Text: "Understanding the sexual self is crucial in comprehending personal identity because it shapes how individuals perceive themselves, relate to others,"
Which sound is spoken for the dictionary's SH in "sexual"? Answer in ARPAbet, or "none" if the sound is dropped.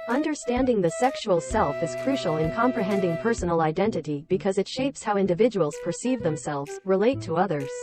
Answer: SH